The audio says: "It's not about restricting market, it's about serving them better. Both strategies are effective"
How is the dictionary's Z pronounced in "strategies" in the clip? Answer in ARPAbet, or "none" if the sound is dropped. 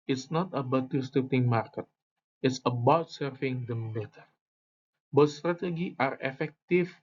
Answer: none